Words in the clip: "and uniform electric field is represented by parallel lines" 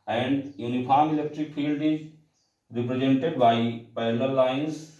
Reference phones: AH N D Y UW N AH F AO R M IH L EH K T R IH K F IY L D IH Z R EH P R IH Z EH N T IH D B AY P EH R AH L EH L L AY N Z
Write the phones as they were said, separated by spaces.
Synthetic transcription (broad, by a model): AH N D Y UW N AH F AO R M IH L EH K T R IH K F IY L D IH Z R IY P R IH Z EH N T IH D B AY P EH AH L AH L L AY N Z